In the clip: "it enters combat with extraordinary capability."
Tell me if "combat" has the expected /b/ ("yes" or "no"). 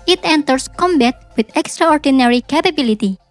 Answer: yes